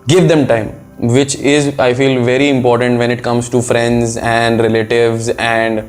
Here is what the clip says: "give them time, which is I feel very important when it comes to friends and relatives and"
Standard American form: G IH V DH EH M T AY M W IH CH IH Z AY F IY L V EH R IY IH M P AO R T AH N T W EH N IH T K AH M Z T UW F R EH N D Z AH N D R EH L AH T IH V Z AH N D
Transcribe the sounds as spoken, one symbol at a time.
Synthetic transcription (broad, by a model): G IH V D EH M T AY M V IH CH IH Z AY F IY L V EH R IY IH M P AO R T AH N T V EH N IH T K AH M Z T UW F R EH N D Z AH N D R EH L AH T IH V Z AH N D